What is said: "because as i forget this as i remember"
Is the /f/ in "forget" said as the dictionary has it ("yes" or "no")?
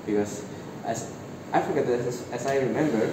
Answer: yes